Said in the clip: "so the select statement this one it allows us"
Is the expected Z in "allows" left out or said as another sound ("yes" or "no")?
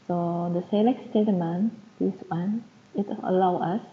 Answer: yes